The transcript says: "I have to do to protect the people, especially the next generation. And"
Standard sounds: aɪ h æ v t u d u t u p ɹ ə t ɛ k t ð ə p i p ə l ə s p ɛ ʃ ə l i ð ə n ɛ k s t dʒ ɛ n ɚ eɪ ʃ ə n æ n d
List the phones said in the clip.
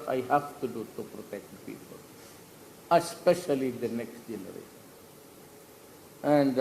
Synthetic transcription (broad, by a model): aɪ h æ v t u d u t u p ɹ ə t ɛ k t p i p ə l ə s p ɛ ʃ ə l i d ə n ɛ k s t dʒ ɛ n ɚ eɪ ə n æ n d